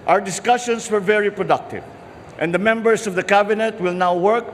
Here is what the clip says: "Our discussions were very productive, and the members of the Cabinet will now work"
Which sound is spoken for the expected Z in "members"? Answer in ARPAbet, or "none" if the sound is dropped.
S